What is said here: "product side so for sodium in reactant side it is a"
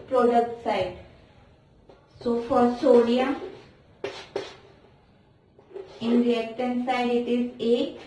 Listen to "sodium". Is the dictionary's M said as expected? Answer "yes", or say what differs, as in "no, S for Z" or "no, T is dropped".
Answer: no, M is dropped